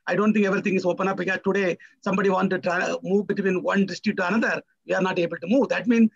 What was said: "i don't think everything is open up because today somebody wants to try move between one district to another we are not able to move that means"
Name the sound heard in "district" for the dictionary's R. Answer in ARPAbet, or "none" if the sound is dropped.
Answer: none